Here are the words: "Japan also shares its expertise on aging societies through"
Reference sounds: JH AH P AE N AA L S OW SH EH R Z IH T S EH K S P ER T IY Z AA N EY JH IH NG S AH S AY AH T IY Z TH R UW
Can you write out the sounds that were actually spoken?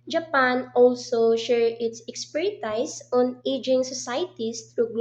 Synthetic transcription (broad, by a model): JH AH P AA N AA L S OW SH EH R IH T S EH K S P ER T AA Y AA N EY JH IH NG S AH S AY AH T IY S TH R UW